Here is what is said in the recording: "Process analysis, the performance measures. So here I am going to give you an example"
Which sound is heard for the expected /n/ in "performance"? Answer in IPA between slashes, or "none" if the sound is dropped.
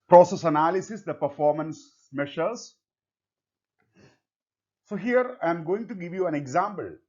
/n/